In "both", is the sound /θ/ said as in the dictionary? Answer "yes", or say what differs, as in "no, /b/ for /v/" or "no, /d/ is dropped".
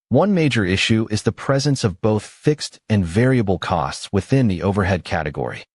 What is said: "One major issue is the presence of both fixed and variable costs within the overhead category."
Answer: yes